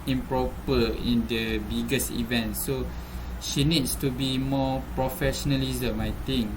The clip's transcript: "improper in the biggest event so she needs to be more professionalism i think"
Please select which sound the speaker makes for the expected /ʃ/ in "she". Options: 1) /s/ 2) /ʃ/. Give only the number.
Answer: 2